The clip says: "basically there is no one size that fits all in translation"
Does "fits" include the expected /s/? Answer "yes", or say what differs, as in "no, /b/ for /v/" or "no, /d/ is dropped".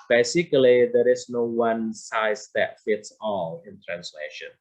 yes